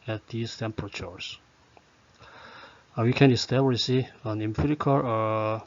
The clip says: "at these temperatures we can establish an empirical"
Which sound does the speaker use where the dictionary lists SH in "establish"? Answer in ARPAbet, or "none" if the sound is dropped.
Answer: S